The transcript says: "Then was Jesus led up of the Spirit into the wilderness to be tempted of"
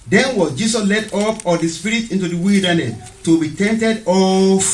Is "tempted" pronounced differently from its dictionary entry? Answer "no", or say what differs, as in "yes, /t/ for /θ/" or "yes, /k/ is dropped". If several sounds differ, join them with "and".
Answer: yes, /p/ is dropped